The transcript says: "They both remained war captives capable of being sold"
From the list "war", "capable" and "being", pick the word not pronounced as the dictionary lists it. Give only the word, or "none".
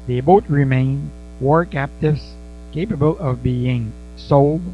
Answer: none